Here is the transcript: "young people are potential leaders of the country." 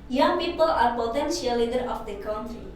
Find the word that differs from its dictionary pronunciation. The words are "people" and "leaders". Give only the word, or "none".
leaders